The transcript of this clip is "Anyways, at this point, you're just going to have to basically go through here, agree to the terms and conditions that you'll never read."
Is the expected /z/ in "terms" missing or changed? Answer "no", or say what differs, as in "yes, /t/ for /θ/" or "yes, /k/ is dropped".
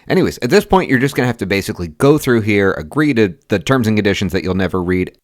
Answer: no